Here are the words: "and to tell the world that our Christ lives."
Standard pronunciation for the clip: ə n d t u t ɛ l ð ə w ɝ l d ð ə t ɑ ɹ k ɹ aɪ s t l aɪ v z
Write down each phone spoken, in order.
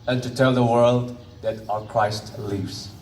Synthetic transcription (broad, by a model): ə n t u t ɛ l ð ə w ɝ l d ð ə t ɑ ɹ k ɹ aɪ s t l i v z